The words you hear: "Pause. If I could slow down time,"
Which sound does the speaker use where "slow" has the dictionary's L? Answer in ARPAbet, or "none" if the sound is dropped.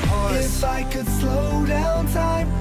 L